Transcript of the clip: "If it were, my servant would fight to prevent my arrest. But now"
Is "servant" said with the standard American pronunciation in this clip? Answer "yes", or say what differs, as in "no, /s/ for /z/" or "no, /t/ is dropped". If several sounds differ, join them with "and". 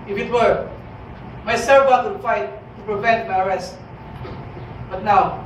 no, /n/ is dropped